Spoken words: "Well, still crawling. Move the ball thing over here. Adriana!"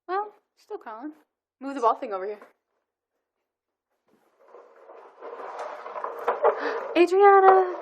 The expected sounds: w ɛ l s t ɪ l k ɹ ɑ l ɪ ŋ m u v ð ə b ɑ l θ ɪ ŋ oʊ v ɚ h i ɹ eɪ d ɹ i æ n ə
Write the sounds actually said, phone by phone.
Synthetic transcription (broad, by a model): w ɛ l s t ɪ l k ɑ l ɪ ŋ m u v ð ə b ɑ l θ ɪ ŋ oʊ v ɚ h i ɹ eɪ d ɹ i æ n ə